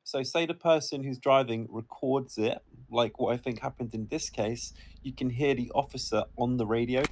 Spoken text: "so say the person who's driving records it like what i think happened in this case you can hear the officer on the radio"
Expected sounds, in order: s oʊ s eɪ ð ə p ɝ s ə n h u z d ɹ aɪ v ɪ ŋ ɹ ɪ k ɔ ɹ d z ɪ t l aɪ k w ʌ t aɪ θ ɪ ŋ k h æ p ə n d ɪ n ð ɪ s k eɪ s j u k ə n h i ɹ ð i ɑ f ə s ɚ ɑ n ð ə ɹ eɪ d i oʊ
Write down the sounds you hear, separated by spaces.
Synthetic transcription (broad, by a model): s oʊ s eɪ ð ə p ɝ s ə n h u z d ɹ aɪ v ɪ ŋ ɹ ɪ k ɔ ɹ d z ɪ t l aɪ k w ʌ t aɪ θ ɪ ŋ k h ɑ p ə n d ɪ n ð ɪ s k eɪ s j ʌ k ə n h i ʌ ð i ɑ f ə s ɚ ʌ n ð ə ɹ eɪ d i oʊ